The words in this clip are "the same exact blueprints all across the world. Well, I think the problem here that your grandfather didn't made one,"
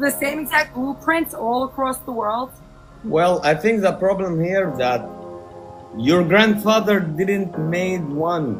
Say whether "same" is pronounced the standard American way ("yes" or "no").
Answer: no